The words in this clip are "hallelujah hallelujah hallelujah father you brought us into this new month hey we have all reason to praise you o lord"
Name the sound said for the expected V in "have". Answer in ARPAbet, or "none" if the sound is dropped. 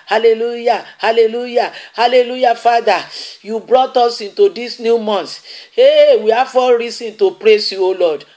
F